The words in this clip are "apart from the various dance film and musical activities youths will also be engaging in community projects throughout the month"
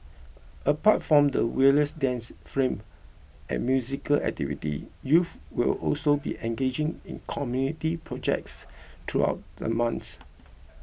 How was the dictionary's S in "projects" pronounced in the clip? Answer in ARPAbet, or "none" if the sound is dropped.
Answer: S